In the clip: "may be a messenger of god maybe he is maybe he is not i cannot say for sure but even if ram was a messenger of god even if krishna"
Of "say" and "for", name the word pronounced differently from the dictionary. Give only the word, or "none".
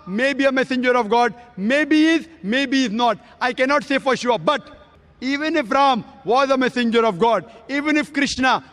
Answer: none